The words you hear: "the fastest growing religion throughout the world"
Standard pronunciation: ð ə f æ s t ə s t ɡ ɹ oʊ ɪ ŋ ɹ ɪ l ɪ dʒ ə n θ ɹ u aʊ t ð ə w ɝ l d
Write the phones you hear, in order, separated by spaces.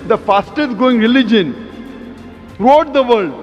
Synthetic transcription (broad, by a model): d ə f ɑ s t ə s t ɡ oʊ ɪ ŋ ɹ ɪ l ɪ dʒ ə n ɹ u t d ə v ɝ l d